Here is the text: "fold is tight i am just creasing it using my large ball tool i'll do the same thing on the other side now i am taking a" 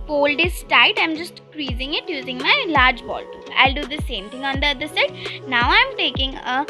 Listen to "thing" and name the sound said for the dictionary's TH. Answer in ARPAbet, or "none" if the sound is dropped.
T